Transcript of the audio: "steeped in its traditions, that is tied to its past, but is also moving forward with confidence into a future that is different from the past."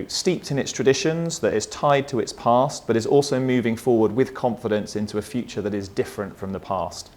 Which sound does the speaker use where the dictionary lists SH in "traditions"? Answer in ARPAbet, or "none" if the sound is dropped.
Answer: SH